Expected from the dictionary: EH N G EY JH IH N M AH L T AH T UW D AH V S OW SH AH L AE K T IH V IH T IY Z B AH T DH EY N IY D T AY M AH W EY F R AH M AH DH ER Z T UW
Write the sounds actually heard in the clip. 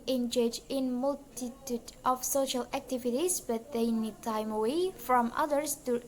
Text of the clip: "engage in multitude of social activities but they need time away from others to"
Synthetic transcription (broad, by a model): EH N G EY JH IH N M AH L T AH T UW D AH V S OW SH AH L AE K T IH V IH T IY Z B AH T DH EY N IY D T AY M AH W EY F R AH M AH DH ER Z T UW